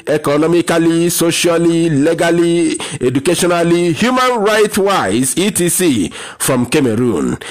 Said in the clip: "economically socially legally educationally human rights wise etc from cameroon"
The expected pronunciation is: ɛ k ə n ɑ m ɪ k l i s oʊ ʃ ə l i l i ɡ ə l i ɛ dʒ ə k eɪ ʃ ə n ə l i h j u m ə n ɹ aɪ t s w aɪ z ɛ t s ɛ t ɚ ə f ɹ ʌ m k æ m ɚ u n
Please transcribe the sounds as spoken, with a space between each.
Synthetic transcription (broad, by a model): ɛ k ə n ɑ m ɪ k l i s oʊ ʃ ə l i l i ɡ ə l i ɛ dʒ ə k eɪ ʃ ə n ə l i h j u m ə n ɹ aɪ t w aɪ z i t i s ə f ɹ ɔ m k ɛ m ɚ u n